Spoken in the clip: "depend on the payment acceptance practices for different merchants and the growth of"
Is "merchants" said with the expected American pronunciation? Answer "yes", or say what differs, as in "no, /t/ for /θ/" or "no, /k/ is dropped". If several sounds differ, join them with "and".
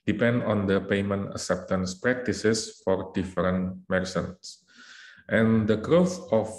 no, /s/ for /tʃ/